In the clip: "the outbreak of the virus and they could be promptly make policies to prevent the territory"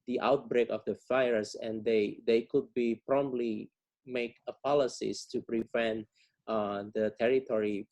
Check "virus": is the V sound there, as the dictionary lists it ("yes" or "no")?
no